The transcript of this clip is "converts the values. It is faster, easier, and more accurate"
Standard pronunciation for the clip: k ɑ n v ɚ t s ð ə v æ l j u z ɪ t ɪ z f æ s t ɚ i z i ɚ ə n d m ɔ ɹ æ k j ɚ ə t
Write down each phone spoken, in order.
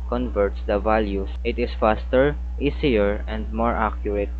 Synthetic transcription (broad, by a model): k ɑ n v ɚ t s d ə v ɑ l j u s ɪ t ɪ s f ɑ s t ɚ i s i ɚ ə n d m ɔ ɹ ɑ k j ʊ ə t